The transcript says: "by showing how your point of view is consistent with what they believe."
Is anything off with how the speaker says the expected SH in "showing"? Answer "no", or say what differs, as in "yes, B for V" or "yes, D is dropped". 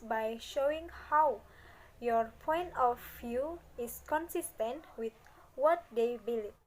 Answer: no